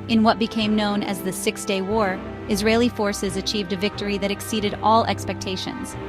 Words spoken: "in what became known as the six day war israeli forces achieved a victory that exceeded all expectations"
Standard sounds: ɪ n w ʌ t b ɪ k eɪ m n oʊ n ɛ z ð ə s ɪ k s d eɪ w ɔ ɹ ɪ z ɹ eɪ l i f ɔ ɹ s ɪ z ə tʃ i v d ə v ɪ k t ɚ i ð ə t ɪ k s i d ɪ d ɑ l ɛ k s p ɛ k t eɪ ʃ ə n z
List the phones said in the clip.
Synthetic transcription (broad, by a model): ɪ n w ʌ t b ɪ k eɪ m n oʊ n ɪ z ð ə s ɪ k s d eɪ w ɔ ɹ ɪ z ɹ eɪ l i f ɔ ɹ s ɪ z ə tʃ i v d ə v ɪ k t ɚ i ð ə t ɪ k s i d ɪ d ɑ l ɛ k s p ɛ k t eɪ ʃ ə n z